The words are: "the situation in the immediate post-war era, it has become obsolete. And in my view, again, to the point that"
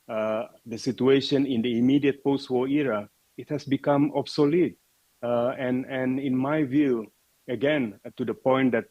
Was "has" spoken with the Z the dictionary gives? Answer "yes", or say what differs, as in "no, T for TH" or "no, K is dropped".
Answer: no, S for Z